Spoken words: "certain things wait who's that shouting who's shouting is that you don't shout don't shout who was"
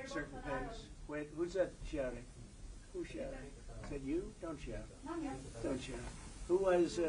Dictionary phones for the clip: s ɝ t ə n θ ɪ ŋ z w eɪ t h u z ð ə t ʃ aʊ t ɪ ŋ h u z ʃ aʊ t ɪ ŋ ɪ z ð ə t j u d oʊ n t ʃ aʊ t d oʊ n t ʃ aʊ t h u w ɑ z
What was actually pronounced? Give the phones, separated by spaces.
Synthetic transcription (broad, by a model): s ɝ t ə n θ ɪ z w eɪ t h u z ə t ʃ aʊ t ɪ ŋ h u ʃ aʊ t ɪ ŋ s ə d j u d oʊ n t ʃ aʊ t d oʊ n t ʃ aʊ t h u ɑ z